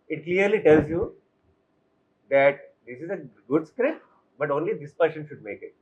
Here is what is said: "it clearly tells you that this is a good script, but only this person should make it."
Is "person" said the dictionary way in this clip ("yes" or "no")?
no